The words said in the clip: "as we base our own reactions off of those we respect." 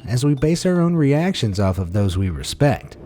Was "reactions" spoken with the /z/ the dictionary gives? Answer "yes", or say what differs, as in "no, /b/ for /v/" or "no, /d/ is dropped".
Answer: yes